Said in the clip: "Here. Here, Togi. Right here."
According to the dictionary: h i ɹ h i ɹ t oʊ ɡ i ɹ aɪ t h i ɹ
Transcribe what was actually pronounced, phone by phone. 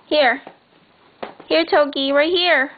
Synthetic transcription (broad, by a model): h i ɹ h i ɹ t oʊ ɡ i w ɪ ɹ h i ɹ